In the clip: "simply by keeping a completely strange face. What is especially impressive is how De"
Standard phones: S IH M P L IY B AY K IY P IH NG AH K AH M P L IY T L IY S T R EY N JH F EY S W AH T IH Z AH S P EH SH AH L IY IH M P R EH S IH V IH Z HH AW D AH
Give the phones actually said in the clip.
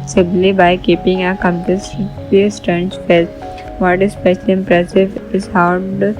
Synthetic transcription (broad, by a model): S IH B L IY B AY K IY P IH NG AH K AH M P IY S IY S T EY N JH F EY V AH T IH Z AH S P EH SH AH L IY IH M P R EH S IH V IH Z HH AW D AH